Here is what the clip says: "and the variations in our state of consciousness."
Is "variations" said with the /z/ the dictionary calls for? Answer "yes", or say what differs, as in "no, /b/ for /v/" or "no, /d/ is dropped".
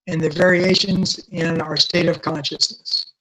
yes